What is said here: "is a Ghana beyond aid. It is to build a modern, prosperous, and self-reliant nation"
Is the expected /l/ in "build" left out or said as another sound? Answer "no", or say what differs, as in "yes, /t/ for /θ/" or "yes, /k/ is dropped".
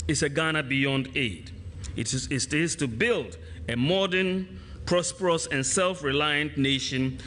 no